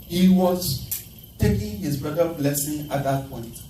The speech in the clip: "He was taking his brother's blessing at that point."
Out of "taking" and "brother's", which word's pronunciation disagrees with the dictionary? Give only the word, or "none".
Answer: brother's